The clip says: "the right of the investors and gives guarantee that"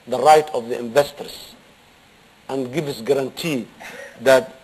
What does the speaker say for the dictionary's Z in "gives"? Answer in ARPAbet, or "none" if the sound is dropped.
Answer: S